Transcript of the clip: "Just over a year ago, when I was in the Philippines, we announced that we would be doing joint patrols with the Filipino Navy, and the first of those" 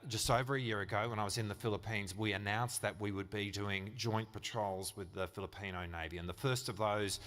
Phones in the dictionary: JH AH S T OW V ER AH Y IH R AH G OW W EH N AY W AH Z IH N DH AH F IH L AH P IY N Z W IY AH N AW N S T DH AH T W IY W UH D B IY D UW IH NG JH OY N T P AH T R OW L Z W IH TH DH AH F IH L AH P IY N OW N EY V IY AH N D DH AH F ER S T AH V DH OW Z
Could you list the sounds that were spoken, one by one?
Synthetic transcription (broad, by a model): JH AH S T OW V ER AH Y IH R AH G OW W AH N AY W AH Z IH N DH AH F IH L AH P IY N Z W IY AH N AW N S DH AH T W IY W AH D B IY D UW IH NG JH OY N P AH T R OW L Z W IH DH AH F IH L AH P IY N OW N EY V IY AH N DH AH F ER S T AH V DH OW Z